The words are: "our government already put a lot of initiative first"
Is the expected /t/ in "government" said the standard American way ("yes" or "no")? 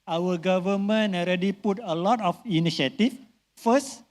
no